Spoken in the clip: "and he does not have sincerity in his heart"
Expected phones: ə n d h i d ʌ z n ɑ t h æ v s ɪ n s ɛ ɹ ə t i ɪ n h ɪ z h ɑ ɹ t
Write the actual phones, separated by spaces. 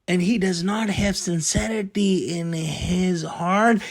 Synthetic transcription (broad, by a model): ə n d h i d ʌ z n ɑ t h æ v s ɪ n s ɛ ɹ ə t i ɪ n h ɪ z h ɑ ɹ t